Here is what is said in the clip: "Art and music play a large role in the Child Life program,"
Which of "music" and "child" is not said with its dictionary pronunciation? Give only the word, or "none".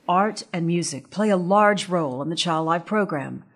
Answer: none